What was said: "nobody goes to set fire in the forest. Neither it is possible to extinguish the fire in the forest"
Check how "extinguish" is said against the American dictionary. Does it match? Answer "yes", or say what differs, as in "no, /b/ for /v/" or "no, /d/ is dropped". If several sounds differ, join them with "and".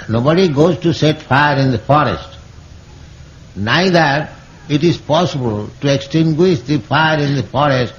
yes